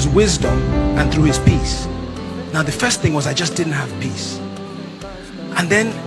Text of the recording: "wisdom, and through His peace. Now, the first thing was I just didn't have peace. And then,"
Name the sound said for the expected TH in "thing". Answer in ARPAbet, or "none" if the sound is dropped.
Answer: TH